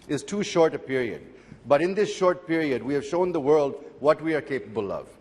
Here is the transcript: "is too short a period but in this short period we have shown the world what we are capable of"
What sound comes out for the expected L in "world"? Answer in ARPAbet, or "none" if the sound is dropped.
L